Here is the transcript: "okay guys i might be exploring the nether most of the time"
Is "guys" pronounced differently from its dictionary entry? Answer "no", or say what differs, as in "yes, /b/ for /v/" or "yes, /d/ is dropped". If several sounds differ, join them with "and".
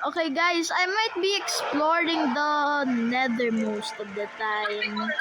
yes, /s/ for /z/